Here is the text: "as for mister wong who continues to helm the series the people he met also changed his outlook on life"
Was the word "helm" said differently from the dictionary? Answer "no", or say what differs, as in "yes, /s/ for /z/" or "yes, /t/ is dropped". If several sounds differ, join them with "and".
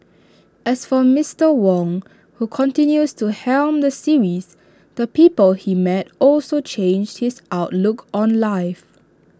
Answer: no